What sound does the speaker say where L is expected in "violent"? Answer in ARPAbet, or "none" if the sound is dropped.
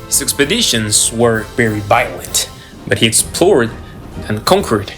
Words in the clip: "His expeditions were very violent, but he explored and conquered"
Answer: L